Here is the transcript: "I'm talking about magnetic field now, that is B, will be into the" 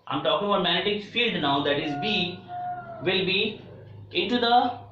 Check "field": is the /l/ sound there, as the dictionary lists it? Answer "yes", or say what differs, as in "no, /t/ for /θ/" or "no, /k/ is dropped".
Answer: yes